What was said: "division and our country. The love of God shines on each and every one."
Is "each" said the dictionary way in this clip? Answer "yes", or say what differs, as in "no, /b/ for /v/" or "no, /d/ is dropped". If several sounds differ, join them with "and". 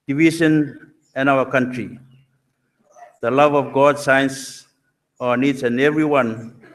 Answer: no, /s/ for /tʃ/